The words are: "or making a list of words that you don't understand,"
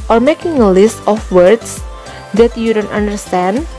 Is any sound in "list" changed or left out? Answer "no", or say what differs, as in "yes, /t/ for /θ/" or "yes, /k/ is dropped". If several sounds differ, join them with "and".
no